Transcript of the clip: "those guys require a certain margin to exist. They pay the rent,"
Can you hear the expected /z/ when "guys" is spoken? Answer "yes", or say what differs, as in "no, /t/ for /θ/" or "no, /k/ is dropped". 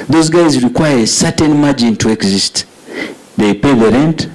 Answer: yes